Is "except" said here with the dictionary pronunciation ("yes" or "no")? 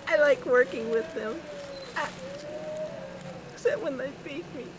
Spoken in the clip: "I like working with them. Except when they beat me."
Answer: no